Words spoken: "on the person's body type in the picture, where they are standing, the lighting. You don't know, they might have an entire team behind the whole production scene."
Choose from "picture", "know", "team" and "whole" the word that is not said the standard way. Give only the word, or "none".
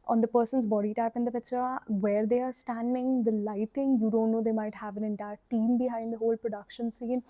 picture